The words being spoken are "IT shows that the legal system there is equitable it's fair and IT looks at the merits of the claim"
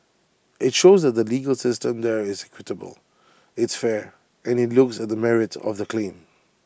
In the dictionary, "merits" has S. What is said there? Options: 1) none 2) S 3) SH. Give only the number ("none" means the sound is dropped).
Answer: 1